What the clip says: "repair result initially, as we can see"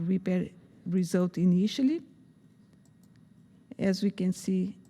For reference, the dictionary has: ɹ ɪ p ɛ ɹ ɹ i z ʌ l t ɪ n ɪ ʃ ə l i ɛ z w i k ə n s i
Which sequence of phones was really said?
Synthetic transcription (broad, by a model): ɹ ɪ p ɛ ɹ ɹ i z ʌ l t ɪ n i ʃ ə l i ɛ z w i k ə n s i